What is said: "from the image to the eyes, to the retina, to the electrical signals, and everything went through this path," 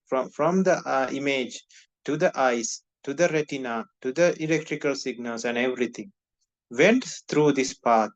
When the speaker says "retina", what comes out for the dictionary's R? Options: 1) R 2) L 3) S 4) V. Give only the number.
1